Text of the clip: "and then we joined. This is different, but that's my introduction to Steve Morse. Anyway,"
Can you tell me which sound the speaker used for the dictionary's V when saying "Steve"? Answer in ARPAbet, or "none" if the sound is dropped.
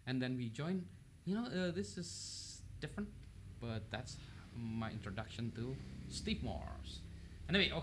P